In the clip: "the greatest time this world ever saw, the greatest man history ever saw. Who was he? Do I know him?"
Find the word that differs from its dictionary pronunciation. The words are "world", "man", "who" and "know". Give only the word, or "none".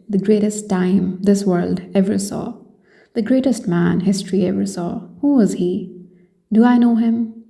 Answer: none